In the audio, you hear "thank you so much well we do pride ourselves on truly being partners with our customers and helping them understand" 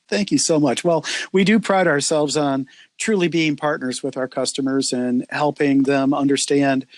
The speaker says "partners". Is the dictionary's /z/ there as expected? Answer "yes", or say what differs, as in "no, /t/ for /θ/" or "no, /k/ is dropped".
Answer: yes